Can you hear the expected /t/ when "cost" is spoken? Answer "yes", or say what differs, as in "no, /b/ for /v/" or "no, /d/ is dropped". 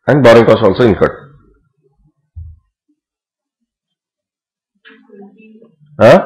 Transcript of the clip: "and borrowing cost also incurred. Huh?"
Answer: no, /t/ is dropped